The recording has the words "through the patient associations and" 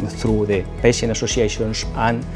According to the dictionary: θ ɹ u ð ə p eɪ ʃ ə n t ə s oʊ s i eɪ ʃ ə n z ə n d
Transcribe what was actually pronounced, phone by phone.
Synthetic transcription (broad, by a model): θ ɹ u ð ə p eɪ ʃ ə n ə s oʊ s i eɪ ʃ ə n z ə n